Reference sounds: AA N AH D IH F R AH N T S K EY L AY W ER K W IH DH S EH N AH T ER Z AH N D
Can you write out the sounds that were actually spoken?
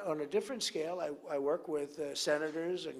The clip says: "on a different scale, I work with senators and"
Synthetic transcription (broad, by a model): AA N AH D IH F R AH N T S K EY L AY W ER K W IH DH S EH N AH T ER Z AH N